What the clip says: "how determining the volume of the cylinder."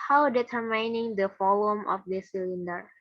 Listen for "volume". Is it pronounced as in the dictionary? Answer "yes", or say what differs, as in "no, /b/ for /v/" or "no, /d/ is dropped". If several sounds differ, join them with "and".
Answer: no, /f/ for /v/